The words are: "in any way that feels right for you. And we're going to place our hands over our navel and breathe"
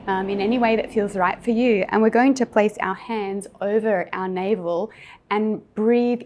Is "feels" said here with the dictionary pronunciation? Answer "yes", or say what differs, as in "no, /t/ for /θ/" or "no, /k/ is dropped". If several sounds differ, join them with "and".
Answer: yes